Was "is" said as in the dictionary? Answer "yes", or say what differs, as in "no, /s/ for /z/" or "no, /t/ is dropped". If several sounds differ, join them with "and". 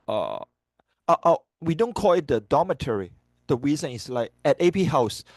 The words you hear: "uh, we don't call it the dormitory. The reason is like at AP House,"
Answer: no, /s/ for /z/